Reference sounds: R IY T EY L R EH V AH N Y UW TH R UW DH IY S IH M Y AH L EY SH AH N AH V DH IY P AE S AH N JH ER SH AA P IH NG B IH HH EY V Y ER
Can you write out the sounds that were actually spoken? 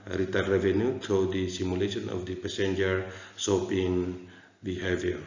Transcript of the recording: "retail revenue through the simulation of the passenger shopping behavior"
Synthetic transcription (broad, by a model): R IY T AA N R EH V AH N Y UW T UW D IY S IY M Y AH L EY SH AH N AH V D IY P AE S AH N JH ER S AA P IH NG B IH HH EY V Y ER